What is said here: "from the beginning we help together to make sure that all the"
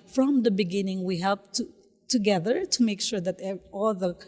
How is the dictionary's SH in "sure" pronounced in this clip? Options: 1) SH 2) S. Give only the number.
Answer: 1